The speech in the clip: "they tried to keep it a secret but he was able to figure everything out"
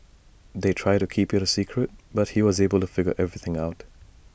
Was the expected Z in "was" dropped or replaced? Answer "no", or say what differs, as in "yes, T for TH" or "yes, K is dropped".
no